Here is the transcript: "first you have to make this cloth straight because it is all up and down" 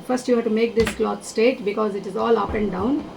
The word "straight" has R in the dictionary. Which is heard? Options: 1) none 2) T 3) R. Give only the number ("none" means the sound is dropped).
1